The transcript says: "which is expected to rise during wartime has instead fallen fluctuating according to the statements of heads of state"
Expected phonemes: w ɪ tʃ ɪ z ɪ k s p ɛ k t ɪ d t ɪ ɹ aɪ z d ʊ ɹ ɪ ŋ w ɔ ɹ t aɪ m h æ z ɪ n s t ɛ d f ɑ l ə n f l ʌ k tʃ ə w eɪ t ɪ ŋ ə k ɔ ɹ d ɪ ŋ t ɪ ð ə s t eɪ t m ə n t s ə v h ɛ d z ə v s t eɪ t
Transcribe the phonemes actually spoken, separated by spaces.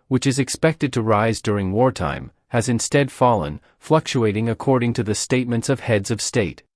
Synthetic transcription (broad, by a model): w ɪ tʃ ɪ z ɪ k s p ɛ k t ɪ d t ɪ ɹ aɪ z d ʊ ɹ ɪ ŋ w ɔ ɹ t aɪ m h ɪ z ɪ n s t ɛ d f ɑ l ə n f l ʌ k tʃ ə eɪ t ɪ ŋ ə k ɔ ɹ d ɪ ŋ t ɪ ð ə s t eɪ t m ə n t s ə v h ɛ d z ə v s t eɪ t